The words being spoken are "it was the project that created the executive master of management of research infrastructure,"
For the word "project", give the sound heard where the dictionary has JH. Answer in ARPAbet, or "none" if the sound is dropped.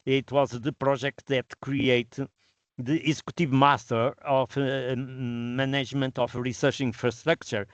ZH